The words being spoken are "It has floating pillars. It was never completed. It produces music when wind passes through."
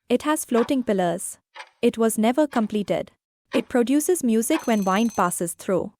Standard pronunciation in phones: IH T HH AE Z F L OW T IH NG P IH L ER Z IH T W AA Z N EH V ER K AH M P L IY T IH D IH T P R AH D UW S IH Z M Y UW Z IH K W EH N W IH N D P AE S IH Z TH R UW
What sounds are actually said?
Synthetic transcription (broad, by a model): IH T HH AE Z F L OW T IH NG P IH L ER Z IH T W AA Z N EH V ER K AH M P L IY T IH D IH T P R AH D UW S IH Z M Y UW Z IH K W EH N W IH N D P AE S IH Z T R UW